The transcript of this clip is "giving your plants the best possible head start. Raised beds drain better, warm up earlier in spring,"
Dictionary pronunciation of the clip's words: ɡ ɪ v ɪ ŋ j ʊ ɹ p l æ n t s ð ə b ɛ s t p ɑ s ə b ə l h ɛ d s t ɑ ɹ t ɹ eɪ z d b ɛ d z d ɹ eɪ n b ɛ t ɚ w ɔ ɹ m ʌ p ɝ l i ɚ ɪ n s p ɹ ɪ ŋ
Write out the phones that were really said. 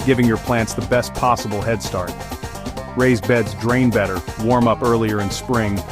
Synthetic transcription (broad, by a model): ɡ ɪ v ɪ ŋ j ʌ ɹ p l æ n t s ð ə b ɛ s t p ɑ s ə b l h ɛ d s t ɑ ɹ t ɹ eɪ z b ɛ d z d ɹ eɪ n b ɛ t ɚ w ɔ ɹ m ʌ p ɝ l i ɚ ɪ n s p ɹ ɪ ŋ